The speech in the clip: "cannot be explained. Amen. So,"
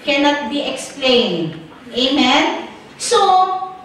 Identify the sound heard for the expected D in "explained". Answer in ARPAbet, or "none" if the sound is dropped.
none